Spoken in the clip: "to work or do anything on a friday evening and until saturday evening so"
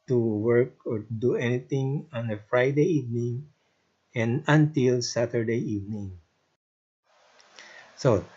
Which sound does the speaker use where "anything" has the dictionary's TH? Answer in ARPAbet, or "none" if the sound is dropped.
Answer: T